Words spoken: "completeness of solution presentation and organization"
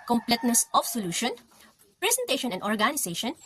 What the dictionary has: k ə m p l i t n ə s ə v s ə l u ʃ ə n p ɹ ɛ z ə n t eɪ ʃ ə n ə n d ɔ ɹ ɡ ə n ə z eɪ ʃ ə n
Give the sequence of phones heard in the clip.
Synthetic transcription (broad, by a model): k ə m p l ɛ t n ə s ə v s ə l u ʃ ə n p ɹ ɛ s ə n t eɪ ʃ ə n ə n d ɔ ɹ ɡ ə n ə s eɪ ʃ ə n